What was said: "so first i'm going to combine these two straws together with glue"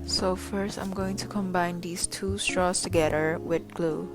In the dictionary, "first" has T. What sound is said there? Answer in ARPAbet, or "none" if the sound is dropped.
T